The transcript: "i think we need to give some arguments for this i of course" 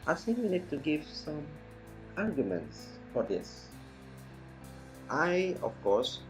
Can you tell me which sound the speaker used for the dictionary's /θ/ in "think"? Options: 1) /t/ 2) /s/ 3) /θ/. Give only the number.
2